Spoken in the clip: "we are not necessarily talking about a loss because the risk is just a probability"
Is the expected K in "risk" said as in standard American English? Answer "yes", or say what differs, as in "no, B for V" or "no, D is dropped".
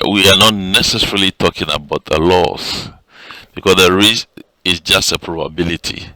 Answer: no, K is dropped